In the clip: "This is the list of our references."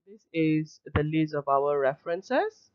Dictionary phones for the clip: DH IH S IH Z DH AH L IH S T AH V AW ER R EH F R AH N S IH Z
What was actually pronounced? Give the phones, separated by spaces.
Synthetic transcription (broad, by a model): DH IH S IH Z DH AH L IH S AH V AW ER R EH F R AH N S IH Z